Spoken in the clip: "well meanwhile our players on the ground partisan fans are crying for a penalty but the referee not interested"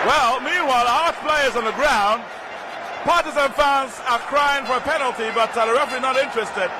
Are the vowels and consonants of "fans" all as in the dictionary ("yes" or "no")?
yes